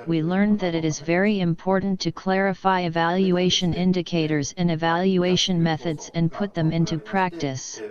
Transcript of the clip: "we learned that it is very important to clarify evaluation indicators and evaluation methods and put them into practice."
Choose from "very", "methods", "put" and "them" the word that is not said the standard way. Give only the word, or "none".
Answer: none